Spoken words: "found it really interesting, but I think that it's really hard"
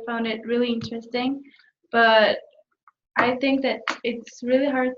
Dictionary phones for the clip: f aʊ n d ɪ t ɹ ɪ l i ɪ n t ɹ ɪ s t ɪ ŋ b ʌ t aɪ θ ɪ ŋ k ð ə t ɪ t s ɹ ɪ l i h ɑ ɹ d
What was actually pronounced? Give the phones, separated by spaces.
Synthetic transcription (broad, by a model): f aʊ n d ɪ t ɹ ɪ l i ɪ n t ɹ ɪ s t ɪ ŋ b ʌ t aɪ θ ɪ ŋ k ð ə t ɪ t s ɹ ɪ l i h ɑ ɹ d